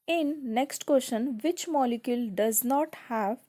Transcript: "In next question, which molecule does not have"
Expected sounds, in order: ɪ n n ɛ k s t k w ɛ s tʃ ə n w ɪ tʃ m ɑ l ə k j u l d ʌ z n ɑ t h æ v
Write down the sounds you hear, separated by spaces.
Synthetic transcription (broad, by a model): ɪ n n ɛ k s t k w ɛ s ʃ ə n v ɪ tʃ m ɑ l ə k j u l d ʌ z n ɑ t h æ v